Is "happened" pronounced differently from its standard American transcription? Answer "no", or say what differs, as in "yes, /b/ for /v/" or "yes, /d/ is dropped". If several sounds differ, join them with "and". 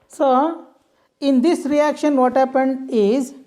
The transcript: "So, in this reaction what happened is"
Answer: no